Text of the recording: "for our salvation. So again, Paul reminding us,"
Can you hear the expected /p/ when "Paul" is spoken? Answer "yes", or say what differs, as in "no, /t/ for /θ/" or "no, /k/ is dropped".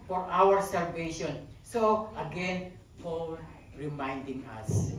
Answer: no, /f/ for /p/